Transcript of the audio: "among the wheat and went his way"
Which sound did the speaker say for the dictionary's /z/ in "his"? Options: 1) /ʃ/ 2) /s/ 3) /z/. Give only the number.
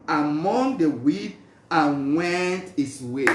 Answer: 2